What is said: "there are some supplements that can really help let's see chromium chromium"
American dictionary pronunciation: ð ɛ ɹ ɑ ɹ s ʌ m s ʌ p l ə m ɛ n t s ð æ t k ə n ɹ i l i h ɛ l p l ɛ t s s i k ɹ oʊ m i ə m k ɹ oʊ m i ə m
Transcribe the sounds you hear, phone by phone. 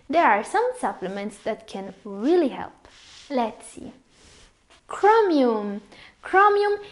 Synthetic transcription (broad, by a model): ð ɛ ɹ ɑ ɹ s ʌ m s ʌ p l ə m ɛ n t s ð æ t k ə n ɹ i l i h ɛ l p l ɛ t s s i k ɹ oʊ m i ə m k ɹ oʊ m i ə m